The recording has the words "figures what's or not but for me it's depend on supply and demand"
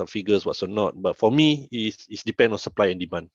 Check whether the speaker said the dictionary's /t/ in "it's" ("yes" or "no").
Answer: no